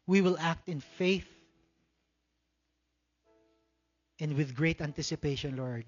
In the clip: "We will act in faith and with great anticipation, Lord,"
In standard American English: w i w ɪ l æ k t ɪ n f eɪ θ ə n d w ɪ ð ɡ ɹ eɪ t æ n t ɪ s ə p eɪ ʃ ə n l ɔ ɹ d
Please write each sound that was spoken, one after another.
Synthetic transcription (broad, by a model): w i w ɪ l æ k t ɪ n f eɪ θ ə n d w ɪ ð ɡ ɹ eɪ t æ n t ɪ s ə p eɪ ʃ ə n l ɔ ɹ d